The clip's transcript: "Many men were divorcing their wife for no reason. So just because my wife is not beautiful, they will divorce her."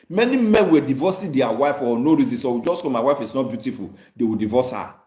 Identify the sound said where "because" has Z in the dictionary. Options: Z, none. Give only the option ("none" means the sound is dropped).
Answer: none